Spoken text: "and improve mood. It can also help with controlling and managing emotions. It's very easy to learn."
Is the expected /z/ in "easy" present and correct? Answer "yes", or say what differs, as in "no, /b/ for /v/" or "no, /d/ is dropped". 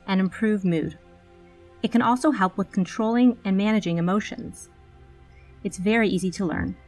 yes